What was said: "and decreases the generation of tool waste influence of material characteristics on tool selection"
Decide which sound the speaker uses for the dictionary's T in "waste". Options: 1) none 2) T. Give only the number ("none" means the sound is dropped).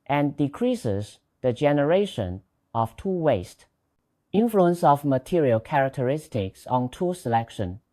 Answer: 2